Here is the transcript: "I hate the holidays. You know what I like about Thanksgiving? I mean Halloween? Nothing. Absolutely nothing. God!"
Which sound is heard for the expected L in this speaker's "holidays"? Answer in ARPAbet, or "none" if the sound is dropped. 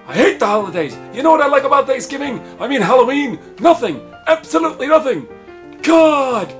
L